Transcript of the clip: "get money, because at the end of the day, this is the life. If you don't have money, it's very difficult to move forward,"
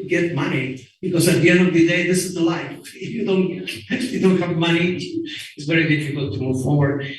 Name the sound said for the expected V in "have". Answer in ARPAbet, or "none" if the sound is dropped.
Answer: V